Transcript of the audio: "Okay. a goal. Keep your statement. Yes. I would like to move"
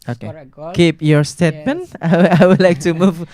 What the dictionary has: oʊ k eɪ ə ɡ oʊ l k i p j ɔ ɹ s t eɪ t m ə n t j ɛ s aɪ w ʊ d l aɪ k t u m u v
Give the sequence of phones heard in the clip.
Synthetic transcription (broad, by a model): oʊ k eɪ k i p j ɔ ɹ s t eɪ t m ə n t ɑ aɪ w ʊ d l aɪ k t u m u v